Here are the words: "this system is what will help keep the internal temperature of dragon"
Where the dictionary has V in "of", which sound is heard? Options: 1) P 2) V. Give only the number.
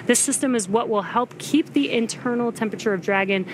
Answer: 2